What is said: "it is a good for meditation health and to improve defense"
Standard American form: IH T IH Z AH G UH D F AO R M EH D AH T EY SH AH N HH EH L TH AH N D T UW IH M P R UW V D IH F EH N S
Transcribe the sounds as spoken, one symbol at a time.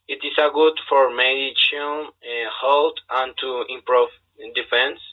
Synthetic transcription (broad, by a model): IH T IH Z AH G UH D F AO R M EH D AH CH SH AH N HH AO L T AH N T UW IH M P R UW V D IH F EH N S